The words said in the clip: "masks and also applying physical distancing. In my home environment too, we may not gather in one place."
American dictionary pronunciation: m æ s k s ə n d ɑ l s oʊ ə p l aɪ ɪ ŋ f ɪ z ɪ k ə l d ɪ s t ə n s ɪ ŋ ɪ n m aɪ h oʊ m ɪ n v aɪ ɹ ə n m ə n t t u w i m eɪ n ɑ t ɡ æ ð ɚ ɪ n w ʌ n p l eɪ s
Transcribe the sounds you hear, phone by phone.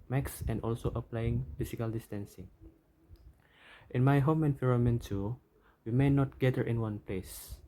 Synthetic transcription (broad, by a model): m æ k s ə n d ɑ l s oʊ ə p l aɪ ɪ ŋ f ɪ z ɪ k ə l d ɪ s t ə n s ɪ ŋ ɪ n m aɪ h oʊ m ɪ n f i ɹ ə m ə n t t u w i m eɪ n ɑ t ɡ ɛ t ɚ ɪ n w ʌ n p l eɪ s